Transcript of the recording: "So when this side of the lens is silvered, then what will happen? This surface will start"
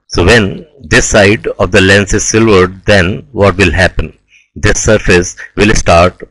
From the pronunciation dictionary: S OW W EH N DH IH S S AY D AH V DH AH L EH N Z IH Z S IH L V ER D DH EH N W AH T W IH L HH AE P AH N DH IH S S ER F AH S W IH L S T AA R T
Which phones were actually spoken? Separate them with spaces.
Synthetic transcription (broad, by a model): S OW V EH N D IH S S AY D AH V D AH L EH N S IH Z S IH L V ER D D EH N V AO T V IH L HH AE P AH N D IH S S ER F AH S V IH L S T AA R T